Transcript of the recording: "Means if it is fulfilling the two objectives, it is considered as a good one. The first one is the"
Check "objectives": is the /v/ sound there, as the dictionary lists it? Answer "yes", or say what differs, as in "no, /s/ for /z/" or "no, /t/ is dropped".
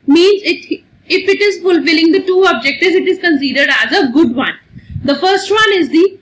no, /v/ is dropped